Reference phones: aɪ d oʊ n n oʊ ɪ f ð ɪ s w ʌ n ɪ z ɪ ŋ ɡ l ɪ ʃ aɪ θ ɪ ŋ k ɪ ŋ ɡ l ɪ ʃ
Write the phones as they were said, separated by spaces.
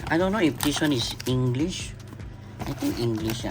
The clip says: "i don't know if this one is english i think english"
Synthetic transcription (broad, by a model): aɪ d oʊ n n oʊ ɪ f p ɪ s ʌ n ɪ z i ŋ ɡ l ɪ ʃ aɪ t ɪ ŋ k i ŋ ɡ l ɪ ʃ